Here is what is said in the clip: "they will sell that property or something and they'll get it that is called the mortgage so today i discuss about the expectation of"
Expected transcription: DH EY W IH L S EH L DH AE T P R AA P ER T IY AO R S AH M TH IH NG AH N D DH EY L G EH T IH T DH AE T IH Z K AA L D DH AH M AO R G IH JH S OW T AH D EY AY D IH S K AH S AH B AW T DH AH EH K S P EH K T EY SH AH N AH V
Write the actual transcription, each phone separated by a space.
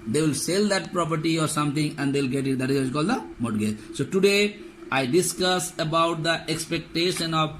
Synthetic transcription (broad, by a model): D EY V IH L S EH L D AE T P R AA P ER T IY AO R S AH M T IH NG AH N D EY L G EH T IH T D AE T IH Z K AA L D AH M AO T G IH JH S OW T AH D EY AY D IH S K AH S AH B AW T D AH EH K S P EH K T EY SH AH N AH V